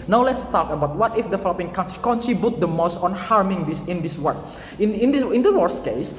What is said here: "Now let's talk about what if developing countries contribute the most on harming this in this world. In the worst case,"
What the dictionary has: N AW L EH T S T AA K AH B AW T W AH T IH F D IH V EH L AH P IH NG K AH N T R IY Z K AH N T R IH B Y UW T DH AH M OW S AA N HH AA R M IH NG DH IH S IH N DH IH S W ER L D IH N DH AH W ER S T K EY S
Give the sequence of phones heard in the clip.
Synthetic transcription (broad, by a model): N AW L EH T S T AA K AH B AW T W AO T IH F D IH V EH L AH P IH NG K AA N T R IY K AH N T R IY B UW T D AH M OW S AA N HH AA R M IH NG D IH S IH N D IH S W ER N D IH N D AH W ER S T K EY S